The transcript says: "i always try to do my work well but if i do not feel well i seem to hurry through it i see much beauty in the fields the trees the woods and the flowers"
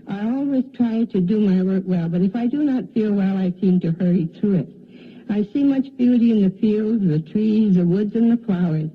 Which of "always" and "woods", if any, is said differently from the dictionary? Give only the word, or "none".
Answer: none